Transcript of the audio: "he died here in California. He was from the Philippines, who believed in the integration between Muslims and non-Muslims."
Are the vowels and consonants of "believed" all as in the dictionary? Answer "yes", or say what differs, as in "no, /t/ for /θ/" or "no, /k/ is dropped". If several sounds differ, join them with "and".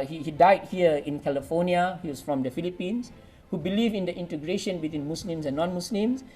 no, /d/ is dropped